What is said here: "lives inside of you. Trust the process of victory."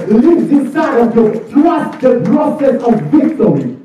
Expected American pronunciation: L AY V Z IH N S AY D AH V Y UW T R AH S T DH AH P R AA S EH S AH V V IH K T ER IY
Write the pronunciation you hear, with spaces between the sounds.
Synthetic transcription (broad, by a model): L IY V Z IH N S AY AH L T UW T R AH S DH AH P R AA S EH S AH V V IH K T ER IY